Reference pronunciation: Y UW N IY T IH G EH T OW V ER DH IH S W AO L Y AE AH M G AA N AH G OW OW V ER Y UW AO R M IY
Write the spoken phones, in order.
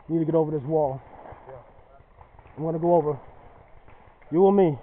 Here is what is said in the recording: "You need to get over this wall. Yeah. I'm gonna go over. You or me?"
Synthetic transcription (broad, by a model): N IY T IH G EH T OW V ER DH IH S W AO L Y AH M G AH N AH G OW OW V ER Y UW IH L M IY